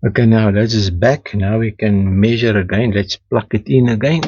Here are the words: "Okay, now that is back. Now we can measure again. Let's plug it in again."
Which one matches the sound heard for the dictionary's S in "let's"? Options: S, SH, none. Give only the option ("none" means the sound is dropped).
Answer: S